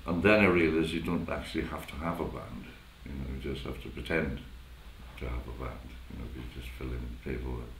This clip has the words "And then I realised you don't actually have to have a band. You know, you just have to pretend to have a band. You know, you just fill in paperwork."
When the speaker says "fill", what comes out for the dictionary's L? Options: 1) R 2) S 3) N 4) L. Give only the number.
4